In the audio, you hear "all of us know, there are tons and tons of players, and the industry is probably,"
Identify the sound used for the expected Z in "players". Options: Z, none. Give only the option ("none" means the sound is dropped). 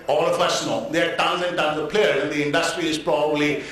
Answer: none